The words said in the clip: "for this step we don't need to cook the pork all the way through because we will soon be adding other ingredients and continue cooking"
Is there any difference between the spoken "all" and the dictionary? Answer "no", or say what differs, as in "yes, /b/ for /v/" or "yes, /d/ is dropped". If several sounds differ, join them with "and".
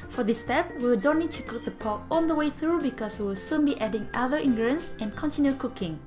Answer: yes, /n/ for /l/